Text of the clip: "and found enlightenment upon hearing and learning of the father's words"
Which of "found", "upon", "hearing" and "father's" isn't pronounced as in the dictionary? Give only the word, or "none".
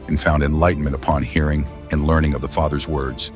none